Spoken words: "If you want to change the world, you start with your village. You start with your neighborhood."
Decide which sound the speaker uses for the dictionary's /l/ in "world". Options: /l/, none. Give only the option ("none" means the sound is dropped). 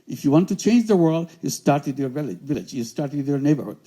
/l/